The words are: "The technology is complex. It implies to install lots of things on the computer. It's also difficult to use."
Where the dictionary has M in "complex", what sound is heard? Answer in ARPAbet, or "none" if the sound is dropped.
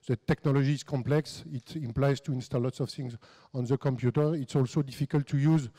M